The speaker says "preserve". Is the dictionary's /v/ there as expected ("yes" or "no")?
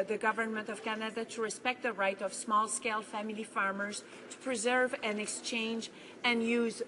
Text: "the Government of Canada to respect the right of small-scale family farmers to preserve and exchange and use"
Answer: yes